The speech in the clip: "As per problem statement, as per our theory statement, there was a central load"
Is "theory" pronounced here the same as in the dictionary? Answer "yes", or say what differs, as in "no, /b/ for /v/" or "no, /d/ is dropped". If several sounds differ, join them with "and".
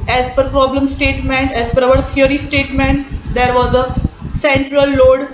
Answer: no, /t/ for /θ/